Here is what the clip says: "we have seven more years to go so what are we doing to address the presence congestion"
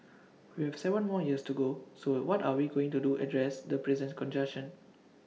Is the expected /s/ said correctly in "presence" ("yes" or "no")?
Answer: no